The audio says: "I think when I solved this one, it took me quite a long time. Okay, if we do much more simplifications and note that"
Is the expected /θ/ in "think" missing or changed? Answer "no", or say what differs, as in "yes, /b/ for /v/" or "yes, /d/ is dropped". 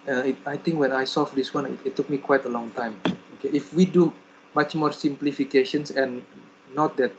yes, /t/ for /θ/